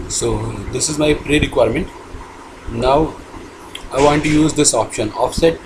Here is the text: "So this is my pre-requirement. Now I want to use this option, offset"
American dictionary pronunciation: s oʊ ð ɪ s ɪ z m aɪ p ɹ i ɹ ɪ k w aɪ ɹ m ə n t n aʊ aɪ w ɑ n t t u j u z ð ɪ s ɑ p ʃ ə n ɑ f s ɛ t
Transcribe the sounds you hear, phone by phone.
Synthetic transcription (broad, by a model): s oʊ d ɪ s ɪ z m aɪ p ɹ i ɹ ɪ k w aɪ ɹ m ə n t n aʊ aɪ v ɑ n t t u j u z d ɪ s ɑ p ʃ ə n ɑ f s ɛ t